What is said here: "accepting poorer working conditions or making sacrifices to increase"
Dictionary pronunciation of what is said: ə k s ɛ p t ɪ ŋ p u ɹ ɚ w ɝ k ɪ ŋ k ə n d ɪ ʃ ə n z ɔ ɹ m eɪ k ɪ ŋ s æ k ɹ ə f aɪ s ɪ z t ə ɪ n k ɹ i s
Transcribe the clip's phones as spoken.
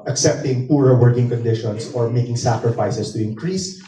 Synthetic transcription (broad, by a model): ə k s ɛ p t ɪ ŋ p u ɹ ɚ w ɝ k ɪ ŋ k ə n d ɪ ʃ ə n s ɔ ɹ m eɪ k ɪ ŋ s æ k ɹ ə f aɪ s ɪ s t ə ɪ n k ɹ i s